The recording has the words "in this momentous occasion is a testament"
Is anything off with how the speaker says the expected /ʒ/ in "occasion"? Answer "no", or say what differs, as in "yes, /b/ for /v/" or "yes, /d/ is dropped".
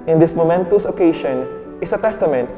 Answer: yes, /ʃ/ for /ʒ/